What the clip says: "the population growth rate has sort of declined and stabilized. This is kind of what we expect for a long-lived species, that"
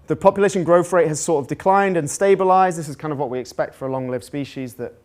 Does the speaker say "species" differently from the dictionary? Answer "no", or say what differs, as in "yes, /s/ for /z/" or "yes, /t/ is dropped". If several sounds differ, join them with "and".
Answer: no